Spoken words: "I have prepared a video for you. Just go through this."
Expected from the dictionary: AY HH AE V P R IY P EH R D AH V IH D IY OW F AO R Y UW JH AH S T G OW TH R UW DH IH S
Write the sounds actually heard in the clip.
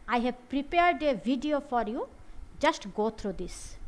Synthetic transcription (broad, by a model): AY HH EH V P R IY P EH R D AH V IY D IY OW F AO R Y UW JH AH S T G OW T R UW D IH S